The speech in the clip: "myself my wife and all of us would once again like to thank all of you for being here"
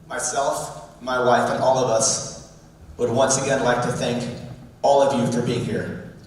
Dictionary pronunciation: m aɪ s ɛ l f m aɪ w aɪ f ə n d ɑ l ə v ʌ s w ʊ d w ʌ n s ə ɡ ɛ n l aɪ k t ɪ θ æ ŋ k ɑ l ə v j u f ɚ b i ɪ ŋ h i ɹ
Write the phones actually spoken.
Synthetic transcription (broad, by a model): m aɪ s ɛ l f m aɪ w aɪ f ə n ɑ l ə v ʌ s w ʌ d w ʌ n s ə ɡ ɛ n l aɪ k t ɪ θ æ ŋ k ɑ l ə v j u f ɚ b i ɪ ŋ h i ɹ